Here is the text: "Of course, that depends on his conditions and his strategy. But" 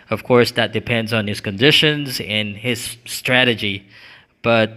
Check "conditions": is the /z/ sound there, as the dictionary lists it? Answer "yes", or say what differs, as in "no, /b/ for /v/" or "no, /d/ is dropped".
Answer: yes